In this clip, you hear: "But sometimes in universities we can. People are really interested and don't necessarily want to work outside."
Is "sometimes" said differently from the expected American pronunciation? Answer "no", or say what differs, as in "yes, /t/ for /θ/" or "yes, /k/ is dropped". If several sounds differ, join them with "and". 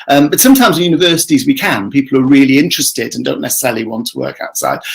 no